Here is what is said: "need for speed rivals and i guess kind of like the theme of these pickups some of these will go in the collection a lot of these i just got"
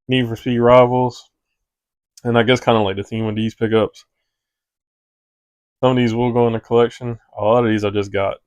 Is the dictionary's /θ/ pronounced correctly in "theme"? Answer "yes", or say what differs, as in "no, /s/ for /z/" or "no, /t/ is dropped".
yes